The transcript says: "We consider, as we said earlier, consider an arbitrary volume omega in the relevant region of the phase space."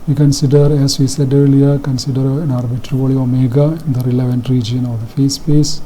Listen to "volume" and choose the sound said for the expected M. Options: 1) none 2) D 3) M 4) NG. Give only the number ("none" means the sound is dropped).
1